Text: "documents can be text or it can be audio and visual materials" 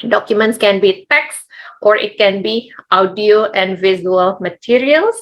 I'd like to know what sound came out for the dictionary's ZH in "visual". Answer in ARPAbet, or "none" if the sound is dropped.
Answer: Z